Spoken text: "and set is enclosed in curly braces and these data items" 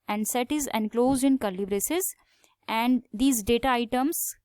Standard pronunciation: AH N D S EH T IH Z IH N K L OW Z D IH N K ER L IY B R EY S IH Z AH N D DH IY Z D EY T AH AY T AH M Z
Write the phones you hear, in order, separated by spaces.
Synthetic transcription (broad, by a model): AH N D S EH T IH Z IH N K L OW Z D IH N K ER L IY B R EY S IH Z AH N D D IY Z D EY T AH AY T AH M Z